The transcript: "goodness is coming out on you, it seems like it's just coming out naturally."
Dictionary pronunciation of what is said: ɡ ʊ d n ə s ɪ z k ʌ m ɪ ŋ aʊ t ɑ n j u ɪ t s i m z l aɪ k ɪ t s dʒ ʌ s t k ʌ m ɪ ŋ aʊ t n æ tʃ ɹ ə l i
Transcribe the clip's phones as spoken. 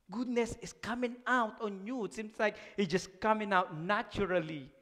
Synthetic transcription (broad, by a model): ɡ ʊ d n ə s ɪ s k ʌ m ɪ ŋ aʊ t ɑ n j u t s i m s l aɪ k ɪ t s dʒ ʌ s k ʌ m ɪ ŋ aʊ t n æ tʃ ɹ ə l i